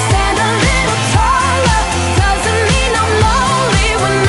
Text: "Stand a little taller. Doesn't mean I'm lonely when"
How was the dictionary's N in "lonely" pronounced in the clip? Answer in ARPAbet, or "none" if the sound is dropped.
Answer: none